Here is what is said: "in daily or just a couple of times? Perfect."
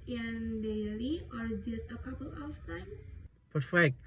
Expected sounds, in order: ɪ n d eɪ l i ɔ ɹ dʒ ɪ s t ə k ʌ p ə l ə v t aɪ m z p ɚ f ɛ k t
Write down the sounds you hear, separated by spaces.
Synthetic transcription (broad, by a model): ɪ n d eɪ l i ɔ ɹ dʒ ɪ s t ə k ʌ p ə l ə f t aɪ m s p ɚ f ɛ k t